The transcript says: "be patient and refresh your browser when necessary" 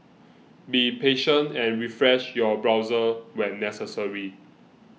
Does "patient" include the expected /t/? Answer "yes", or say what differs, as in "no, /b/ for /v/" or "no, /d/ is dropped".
yes